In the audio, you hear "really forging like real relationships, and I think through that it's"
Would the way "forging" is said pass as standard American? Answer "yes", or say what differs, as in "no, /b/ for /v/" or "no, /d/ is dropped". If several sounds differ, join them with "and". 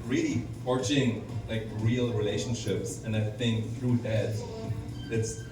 no, /tʃ/ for /dʒ/